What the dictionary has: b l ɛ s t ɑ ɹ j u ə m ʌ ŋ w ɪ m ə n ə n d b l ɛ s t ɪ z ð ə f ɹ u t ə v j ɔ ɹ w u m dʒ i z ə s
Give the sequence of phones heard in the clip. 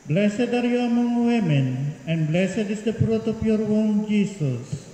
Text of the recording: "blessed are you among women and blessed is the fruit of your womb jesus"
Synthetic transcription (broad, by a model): b l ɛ s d ɑ ɹ j u ə m ʌ ŋ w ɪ m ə n ə n d b l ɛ s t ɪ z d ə p ɹ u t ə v j ɔ ɹ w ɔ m dʒ i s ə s